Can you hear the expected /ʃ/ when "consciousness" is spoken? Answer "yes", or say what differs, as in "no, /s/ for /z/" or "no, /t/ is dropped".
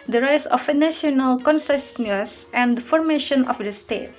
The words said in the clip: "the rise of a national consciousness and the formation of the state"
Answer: no, /s/ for /ʃ/